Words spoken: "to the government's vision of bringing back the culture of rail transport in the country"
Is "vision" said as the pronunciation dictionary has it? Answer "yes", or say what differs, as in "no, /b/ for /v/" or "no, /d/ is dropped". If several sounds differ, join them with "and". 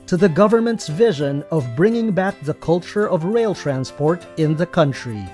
yes